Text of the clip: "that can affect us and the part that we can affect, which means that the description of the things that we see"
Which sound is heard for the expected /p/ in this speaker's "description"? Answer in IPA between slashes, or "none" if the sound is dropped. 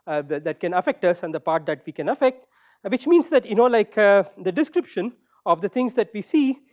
/p/